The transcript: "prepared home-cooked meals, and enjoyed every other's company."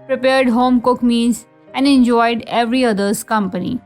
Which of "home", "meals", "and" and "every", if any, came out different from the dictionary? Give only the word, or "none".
meals